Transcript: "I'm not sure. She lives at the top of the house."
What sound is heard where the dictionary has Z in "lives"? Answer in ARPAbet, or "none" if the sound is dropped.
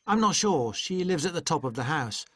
Z